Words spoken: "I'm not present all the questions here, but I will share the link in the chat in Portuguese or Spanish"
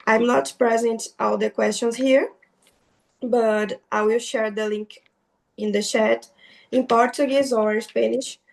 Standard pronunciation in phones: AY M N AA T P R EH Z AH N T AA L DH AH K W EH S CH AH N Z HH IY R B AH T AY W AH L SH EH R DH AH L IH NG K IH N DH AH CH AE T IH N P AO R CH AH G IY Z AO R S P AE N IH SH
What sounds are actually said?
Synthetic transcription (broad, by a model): AY M N AA T P R EH Z AH N T AA L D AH K W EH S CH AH N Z HH IY R B AH T AY W AH L SH EH R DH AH L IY NG K IH N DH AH SH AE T IH N P AO R CH AH G IY Z AO R S P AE N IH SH